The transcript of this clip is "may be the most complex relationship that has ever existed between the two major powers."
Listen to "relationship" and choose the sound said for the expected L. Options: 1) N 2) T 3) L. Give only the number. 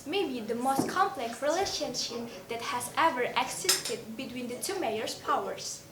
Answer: 3